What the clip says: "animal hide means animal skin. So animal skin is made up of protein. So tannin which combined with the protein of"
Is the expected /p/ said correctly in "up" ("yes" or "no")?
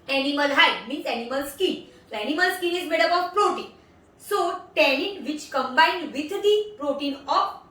no